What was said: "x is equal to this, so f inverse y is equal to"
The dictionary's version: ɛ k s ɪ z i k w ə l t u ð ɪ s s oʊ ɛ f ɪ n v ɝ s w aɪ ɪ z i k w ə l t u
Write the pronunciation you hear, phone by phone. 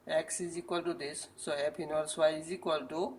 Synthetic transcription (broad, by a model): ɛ k s ɪ z i k w ə l t u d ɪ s s oʊ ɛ p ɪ n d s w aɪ ɪ z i k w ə l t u